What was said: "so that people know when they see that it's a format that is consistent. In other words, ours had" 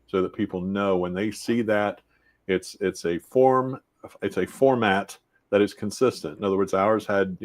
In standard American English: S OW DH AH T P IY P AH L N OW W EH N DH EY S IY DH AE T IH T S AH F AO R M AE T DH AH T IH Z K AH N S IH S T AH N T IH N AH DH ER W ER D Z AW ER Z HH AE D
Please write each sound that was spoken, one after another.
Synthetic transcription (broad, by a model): S OW DH AH T P IY P L N OW W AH N DH EY S IY DH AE T IH T S AH F AO R M AE T DH AH T IH Z K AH N S IH S T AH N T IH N AH DH ER W ER D Z AW ER Z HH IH D